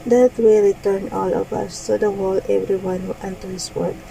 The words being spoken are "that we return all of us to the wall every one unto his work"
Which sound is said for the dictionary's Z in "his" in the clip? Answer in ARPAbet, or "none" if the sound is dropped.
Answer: S